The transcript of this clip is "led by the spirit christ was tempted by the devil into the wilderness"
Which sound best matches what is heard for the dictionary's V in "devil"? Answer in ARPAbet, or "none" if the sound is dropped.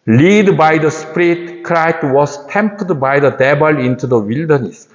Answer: B